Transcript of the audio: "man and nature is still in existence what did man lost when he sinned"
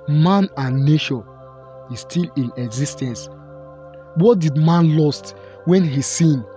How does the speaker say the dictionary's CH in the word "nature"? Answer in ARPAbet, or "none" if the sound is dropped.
SH